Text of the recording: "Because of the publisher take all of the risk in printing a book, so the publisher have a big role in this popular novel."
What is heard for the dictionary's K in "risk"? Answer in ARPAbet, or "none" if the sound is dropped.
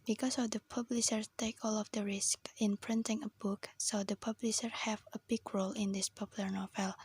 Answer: K